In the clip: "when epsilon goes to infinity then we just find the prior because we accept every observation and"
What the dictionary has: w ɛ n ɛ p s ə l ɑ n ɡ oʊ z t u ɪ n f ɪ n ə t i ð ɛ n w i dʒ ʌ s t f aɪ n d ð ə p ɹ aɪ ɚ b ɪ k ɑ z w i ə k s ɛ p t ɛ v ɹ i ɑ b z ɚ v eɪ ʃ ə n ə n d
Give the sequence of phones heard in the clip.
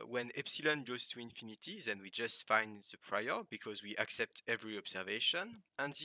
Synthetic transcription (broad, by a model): w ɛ n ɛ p s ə l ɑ n ɡ oʊ z t u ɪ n f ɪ n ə t i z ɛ n w i dʒ ʌ s t f aɪ n d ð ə p ɹ aɪ ɚ b ɪ k ɑ z w i ə k s ɛ p t ɛ v ɹ i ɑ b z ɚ v eɪ ʃ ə n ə n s